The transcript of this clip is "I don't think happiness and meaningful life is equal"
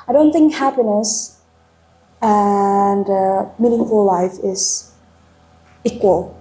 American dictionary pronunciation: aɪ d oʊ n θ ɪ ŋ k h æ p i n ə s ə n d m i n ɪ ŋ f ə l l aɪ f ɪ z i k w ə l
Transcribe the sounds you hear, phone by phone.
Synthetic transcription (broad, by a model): aɪ d oʊ n θ ɪ ŋ k h æ p i n ə s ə n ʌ m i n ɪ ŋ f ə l l aɪ f ɪ z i k w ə l